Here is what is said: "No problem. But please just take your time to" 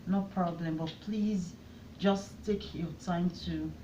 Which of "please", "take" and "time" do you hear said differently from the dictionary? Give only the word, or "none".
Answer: none